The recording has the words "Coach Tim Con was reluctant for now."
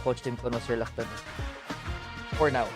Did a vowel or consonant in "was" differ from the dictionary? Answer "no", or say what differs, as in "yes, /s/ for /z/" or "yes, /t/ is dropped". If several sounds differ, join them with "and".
yes, /s/ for /z/